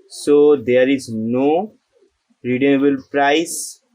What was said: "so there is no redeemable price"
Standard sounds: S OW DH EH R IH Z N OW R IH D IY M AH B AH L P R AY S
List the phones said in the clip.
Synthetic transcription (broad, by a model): S OW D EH R IH Z N OW R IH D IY AH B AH L P R AY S